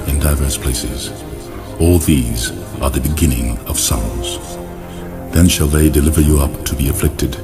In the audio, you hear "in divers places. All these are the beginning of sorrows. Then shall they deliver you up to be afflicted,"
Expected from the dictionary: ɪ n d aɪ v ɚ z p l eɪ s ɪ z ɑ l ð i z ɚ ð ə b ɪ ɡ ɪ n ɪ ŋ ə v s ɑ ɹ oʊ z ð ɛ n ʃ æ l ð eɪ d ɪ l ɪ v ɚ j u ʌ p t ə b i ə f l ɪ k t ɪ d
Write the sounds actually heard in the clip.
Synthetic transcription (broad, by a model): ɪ n d aɪ v ɚ s p l eɪ s ɪ z ɑ l ð i z ɚ ð ə b ɪ ɡ ɪ n ɪ ŋ ə v s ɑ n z ð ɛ n ʃ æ l ð eɪ d ɪ l ɪ v ɚ j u ʌ p t ə b i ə f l ɪ k t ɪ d